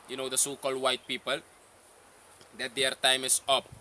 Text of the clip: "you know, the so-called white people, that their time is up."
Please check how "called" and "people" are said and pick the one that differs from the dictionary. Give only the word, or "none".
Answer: none